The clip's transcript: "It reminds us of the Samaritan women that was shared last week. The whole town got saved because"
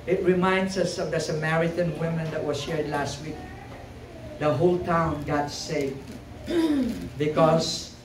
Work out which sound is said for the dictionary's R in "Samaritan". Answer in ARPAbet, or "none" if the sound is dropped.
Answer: R